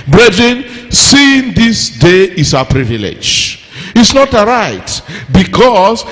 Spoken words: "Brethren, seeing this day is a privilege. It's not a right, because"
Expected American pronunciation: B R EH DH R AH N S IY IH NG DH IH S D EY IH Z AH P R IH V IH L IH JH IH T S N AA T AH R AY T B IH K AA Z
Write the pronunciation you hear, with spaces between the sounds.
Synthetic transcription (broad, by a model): B R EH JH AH N S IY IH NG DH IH S D EY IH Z AH P R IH V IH L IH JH IH T S N AA T AH R AY T B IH K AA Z